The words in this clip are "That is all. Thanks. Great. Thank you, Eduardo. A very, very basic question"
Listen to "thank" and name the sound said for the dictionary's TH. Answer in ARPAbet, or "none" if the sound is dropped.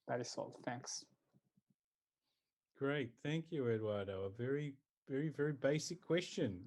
TH